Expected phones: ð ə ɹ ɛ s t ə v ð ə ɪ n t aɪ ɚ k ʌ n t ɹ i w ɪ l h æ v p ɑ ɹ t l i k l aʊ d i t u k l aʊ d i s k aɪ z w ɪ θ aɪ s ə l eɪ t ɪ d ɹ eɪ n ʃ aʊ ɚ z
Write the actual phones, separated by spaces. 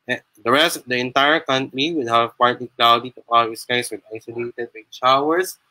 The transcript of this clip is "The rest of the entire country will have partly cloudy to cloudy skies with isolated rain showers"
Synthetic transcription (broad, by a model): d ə ɹ ɛ s t ə v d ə ɪ n t aɪ ɚ k ʌ n t ɹ i w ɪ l h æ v p ɑ ɹ t l i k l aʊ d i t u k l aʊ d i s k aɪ s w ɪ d aɪ s ə l eɪ t ɪ d w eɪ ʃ aʊ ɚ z